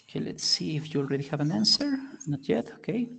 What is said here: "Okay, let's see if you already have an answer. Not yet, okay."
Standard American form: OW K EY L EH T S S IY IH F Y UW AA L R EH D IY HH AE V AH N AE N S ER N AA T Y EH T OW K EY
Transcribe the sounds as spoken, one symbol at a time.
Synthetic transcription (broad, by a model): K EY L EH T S S IY IH F Y UW L R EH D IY HH AE V AH N AE N S ER N AA T Y EH T OW K EY